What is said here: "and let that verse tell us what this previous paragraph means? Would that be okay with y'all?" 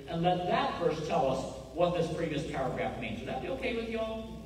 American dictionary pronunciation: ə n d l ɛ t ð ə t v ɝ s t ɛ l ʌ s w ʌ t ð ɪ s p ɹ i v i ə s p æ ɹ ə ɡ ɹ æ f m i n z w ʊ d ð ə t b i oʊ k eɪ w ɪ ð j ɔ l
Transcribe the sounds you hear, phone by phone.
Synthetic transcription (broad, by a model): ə n l ɛ t ð ə t f ɝ s t ɛ l ʌ s w ʌ t ð ɪ s p ɹ i v i ə s p æ ɹ ə ɡ ɹ æ f m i n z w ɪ ð ə t b i oʊ k eɪ w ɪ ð j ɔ